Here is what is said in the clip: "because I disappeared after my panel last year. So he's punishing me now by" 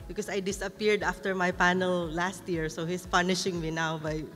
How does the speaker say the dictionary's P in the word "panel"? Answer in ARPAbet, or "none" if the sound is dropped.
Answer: P